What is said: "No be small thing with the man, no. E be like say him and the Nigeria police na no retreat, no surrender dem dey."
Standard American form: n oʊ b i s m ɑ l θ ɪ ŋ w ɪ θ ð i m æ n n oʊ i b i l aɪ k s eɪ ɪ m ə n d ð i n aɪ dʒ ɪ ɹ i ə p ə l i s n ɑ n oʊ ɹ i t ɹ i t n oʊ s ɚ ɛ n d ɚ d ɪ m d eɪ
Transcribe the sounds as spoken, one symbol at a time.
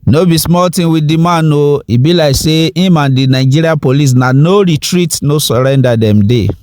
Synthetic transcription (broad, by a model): n oʊ b i s m ɑ l t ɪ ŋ w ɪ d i m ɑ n n oʊ i b i l aɪ k s eɪ ɪ m ə n d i n aɪ dʒ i ɹ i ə p ə l i s n ɑ n oʊ ɹ i t ɹ i t n oʊ s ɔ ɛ n d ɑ d ɪ m d eɪ